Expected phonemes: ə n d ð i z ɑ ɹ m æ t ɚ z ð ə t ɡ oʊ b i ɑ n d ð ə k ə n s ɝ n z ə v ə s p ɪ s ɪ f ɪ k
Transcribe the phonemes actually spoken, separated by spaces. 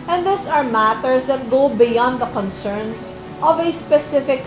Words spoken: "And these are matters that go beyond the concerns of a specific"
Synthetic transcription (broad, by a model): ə n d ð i s ɑ ɹ m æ t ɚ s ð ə t ɡ oʊ b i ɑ n d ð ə k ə n s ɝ n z ə v ə s p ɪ s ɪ f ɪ k